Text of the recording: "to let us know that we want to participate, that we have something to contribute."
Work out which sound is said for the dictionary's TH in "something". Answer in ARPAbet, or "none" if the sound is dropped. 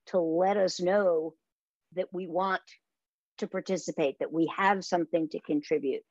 TH